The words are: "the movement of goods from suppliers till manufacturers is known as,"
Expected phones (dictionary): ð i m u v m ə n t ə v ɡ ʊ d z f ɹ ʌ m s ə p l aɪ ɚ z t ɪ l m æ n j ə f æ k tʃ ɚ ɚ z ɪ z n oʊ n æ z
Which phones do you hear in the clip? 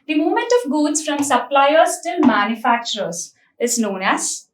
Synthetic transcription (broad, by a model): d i m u m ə n t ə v ɡ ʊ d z f ɹ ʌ m s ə p l aɪ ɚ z t ɪ l m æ n j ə f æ k tʃ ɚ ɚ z ɪ z n oʊ n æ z